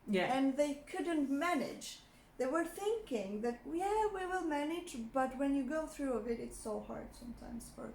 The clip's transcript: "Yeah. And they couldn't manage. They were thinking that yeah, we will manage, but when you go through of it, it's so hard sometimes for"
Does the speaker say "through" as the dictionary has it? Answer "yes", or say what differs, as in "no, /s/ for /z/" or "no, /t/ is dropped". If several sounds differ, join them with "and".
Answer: yes